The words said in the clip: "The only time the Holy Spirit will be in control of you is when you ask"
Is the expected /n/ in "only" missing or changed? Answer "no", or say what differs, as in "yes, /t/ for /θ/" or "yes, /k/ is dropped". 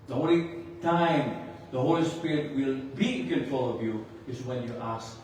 yes, /n/ is dropped